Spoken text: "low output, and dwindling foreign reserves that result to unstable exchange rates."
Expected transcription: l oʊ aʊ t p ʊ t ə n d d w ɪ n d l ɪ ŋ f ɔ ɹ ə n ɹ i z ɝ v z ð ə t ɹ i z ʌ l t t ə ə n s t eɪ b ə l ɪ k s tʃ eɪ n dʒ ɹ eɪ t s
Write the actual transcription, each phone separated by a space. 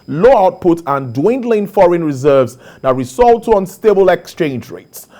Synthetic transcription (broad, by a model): l oʊ aʊ t p ʊ t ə n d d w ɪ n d l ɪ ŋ f ɔ ɹ ə n ɹ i z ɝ v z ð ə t ɹ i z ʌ l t t ə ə n s t eɪ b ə l ɪ k s tʃ eɪ n dʒ ɹ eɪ t s